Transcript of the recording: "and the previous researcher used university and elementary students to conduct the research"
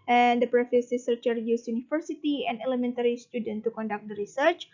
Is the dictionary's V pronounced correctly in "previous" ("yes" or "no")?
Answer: no